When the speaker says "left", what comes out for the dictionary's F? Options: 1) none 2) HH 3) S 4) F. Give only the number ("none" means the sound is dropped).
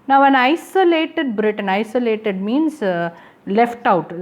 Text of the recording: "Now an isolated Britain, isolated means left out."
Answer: 4